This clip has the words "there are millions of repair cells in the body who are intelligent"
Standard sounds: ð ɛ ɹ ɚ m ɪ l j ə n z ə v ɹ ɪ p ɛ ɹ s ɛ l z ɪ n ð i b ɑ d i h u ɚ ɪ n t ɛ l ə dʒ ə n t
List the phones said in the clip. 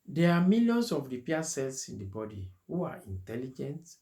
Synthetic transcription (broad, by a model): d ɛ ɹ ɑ m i l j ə n s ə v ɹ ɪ p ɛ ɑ s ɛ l s ɪ n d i b ɑ d i h u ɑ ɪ n t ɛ l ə dʒ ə n t